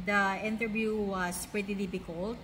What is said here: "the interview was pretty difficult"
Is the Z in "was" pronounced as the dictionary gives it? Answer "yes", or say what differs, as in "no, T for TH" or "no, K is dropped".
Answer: no, S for Z